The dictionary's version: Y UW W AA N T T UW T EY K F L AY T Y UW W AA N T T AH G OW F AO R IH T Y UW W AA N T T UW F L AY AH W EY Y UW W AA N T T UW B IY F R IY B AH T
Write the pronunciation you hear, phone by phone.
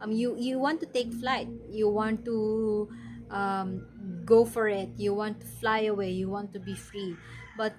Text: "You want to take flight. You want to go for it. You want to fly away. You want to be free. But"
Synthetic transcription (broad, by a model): Y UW W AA N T T UW T EY K F L AY T Y UW W AA N T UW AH G OW F AO R IH T Y UW W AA N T T UW F L AY AH W EY Y UW W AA N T T UW B IY F R IY B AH T